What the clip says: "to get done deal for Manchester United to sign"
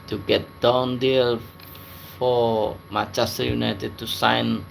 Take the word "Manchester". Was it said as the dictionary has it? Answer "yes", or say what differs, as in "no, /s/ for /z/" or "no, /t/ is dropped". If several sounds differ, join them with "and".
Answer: no, /n/ is dropped